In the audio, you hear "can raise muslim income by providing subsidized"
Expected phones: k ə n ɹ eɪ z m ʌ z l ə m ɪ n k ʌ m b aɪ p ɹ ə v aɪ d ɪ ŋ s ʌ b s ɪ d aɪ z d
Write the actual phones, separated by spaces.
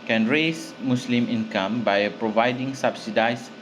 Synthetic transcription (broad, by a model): k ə n ɹ eɪ s m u s l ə m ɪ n k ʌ m b aɪ p ɹ ə v aɪ d ɪ ŋ s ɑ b s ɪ d aɪ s